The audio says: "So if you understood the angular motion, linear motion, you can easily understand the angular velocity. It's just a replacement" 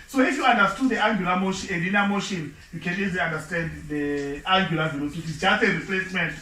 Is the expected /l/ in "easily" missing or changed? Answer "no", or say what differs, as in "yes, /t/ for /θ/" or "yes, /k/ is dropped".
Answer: yes, /l/ is dropped